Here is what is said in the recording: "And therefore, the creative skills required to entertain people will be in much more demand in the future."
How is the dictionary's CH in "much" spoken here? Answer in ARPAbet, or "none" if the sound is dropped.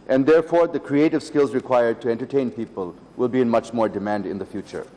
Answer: CH